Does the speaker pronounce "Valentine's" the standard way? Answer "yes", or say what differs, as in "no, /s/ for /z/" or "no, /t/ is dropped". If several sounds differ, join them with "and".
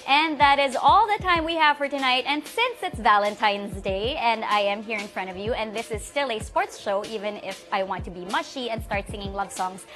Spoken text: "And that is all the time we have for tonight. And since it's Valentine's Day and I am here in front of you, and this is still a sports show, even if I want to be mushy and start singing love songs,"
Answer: yes